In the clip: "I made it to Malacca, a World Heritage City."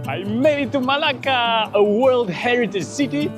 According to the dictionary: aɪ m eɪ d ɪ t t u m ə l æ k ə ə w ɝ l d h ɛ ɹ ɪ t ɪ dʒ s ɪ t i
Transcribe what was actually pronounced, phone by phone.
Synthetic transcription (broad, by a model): aɪ m eɪ d ɪ t t u m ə l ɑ k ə ə w ɝ l d h ɛ ɹ ɪ t ɪ dʒ s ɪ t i